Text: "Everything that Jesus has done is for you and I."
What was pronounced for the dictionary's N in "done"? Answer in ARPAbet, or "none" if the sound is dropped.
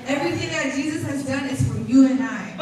N